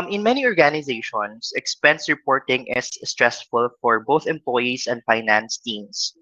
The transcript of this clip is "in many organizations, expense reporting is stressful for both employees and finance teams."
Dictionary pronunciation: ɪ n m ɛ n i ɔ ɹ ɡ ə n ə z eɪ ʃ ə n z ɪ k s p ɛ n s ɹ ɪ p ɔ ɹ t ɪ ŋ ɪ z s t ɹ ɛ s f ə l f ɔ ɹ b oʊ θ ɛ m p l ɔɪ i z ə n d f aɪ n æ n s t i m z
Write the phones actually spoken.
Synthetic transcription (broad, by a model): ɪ n m ɛ n i ɔ ɹ ɡ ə n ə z eɪ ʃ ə n s ɪ k s p ɛ n s ɹ ɪ p ɔ ɹ t ɪ ŋ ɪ s t ɹ ɛ s f ə l f ɔ ɹ b oʊ θ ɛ m p l ɔɪ i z ə n d f aɪ n æ n s t i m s